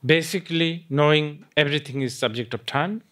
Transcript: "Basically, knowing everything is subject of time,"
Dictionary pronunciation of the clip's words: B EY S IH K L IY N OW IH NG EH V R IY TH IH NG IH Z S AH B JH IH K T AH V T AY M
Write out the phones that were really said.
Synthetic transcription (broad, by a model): B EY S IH K L IY N OW IH NG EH B R IY T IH NG IH Z S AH B JH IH K T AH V T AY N